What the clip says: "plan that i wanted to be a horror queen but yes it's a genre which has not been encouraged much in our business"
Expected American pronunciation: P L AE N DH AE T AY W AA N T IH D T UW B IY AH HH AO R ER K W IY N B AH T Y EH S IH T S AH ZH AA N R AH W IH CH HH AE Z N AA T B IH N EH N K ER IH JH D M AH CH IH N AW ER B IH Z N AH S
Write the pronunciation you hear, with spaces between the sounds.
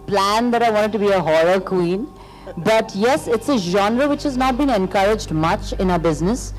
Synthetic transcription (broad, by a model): P L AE N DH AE T AY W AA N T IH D T UW B IY AH HH AO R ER K W IY N B AH T Y EH S IH T S AH ZH AA N R AH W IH CH HH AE Z N AA T B IH N EH N K ER IH JH D M AH CH IH N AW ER B IH Z N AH S